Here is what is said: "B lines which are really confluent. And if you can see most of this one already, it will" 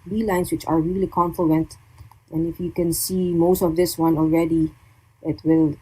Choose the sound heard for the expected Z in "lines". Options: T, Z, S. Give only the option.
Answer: S